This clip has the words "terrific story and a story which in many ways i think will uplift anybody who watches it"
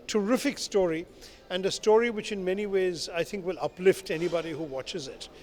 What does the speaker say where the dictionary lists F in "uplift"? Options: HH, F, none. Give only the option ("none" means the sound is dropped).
F